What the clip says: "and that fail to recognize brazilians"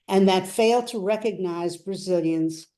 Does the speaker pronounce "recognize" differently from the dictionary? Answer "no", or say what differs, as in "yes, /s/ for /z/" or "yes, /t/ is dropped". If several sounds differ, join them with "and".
no